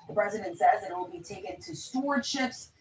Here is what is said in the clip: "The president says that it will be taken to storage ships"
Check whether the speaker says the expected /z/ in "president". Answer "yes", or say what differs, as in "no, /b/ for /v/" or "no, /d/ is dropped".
yes